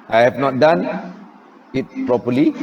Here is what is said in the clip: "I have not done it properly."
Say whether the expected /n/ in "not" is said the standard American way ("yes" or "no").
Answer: yes